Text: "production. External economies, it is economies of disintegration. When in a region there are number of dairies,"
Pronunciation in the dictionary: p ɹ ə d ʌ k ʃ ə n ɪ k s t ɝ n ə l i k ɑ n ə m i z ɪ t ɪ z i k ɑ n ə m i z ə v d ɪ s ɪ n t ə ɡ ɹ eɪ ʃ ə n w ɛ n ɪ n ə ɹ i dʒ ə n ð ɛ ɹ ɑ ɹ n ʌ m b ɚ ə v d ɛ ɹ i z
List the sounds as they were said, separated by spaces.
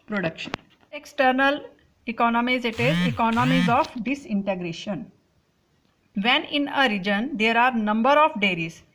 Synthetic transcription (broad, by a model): p ɹ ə d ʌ k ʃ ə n ɪ k s t ɝ n ə l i k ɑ n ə m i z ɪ t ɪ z i k ɑ n ə m i z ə f d ɪ s ɪ n t ə ɡ ɹ eɪ ʃ ə n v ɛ n ɪ n ə ɹ i dʒ ə n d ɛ ɹ ɑ ɹ n ʌ m b ɚ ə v d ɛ ɹ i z